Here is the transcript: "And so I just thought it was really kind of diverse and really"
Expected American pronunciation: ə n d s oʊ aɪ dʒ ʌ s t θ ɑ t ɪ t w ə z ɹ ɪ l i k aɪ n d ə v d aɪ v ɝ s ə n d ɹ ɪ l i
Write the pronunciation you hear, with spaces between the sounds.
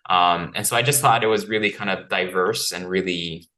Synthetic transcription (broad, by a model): ə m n s oʊ aɪ dʒ ʌ s t θ ɑ t ɪ t w ə z ɹ ɪ l i k aɪ n d ə v d aɪ v ɝ s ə n ɹ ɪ l i